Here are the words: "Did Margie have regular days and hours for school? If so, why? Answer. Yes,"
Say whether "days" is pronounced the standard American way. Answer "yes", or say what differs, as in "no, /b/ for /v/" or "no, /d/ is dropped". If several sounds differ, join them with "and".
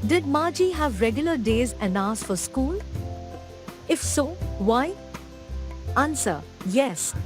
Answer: yes